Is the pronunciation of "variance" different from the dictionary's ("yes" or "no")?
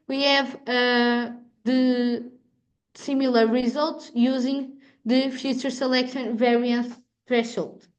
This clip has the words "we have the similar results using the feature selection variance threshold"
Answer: no